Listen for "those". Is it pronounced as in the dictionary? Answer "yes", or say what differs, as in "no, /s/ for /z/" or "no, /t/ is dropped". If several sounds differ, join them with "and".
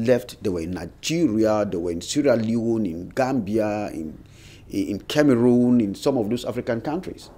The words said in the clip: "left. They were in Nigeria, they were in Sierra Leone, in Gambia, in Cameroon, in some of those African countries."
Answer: no, /s/ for /z/